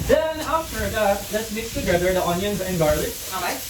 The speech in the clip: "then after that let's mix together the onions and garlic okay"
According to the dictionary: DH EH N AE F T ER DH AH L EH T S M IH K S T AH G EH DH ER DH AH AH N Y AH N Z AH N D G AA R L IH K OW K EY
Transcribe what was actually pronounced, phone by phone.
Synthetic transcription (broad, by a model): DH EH N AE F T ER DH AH L EH T S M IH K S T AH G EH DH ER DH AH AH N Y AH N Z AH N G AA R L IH AA